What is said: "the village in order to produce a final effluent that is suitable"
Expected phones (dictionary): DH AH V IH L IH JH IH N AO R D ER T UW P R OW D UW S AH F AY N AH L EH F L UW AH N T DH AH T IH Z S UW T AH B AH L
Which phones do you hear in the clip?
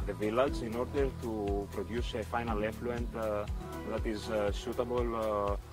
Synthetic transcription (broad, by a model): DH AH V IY L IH Z IH N AO R D ER T UW P R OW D UW S AH F AY N AH L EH F L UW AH N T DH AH T IH Z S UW T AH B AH L